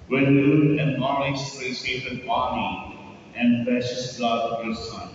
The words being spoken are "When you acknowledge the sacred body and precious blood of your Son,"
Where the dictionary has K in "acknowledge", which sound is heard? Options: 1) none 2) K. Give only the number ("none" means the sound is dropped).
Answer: 1